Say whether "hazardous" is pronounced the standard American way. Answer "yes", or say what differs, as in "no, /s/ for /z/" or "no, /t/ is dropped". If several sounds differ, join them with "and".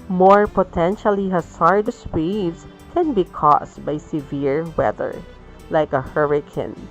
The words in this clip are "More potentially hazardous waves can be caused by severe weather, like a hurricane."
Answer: no, /s/ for /z/